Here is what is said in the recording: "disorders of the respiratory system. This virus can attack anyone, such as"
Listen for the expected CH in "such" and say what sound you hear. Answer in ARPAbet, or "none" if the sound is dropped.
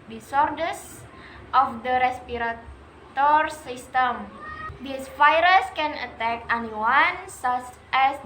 S